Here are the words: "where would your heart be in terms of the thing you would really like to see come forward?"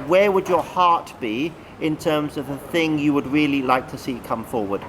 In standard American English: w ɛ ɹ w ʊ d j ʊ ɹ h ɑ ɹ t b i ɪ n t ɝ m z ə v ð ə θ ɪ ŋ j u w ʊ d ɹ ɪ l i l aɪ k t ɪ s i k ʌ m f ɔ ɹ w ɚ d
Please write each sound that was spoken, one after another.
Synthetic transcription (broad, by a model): w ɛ ɹ w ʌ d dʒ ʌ ɹ h ɑ ɹ t b i ɪ n t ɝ m z ə v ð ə θ ɪ ŋ j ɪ w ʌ d ɹ ɪ l i l aɪ k t ɪ s i k ʌ m f ɔ ɹ w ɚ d